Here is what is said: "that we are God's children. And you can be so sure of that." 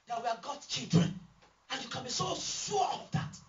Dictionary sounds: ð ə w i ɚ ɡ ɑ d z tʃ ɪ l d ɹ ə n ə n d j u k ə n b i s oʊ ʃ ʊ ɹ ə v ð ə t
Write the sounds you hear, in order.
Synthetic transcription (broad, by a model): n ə w i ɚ ɡ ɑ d tʃ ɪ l d ɹ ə n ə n j u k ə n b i s oʊ s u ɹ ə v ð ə t